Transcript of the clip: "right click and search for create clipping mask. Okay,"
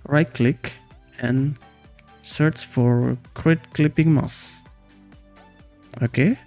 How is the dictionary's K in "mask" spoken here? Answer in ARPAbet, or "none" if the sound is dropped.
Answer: none